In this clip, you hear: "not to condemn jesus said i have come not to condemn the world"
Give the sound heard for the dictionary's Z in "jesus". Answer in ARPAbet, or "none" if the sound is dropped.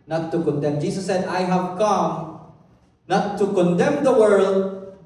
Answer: S